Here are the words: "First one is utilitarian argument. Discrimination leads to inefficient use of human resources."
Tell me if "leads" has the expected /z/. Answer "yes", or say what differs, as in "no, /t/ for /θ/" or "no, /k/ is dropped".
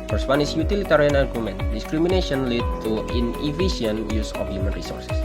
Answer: no, /z/ is dropped